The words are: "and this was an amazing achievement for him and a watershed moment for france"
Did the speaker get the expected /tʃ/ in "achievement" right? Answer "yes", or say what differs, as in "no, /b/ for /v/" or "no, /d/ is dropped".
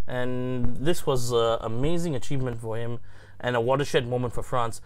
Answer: yes